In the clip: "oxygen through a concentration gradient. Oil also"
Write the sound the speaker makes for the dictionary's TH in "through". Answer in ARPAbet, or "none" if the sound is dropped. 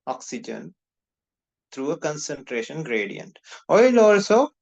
T